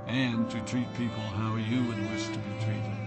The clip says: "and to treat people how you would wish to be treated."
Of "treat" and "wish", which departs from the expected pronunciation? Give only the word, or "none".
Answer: wish